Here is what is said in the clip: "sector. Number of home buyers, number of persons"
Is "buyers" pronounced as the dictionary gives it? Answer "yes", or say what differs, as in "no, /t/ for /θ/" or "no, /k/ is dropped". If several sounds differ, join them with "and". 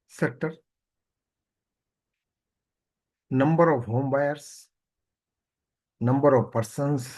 no, /s/ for /z/